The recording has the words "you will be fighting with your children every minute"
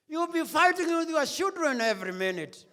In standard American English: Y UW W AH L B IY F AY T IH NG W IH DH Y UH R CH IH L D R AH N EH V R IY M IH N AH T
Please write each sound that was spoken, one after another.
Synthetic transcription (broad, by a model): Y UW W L B IY F AY T IH NG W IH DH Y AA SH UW D R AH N EH V R IY M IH N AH T